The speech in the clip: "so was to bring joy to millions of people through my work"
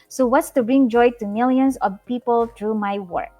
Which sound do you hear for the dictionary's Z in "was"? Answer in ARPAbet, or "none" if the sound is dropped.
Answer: S